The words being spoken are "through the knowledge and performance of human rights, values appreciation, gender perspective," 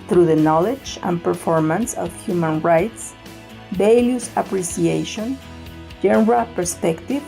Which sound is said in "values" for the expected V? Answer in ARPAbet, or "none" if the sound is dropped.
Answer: B